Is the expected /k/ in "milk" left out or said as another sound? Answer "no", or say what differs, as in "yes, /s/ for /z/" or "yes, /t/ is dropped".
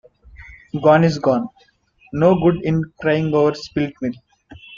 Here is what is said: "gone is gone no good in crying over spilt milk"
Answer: yes, /k/ is dropped